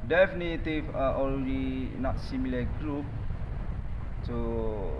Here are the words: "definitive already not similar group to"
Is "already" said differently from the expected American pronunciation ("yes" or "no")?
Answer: yes